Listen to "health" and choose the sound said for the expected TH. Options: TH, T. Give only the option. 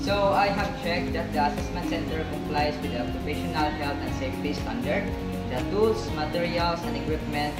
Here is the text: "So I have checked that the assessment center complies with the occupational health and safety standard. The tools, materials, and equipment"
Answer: T